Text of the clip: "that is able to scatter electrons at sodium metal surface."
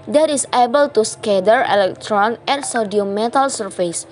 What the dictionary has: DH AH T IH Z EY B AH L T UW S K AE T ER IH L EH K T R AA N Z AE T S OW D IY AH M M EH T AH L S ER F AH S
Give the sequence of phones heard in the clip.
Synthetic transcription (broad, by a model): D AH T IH S EY B AH L T UW S K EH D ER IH L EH K T R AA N EH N S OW D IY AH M M EH T AH L S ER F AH S